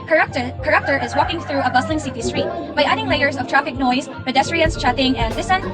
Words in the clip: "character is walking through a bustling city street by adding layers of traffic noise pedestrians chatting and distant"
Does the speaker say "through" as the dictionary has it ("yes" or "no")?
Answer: yes